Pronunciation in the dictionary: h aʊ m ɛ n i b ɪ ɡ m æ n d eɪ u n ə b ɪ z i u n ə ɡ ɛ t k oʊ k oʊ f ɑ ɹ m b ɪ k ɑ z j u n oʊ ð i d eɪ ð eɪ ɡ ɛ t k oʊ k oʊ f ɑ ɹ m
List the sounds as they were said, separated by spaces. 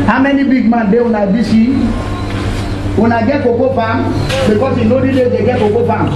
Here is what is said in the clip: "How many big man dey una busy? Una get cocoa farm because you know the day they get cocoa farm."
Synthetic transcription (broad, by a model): h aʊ m ɛ n i b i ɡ m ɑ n d eɪ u n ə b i s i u n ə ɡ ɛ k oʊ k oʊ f ɑ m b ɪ k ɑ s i n oʊ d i d eɪ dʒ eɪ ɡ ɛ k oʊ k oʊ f ɑ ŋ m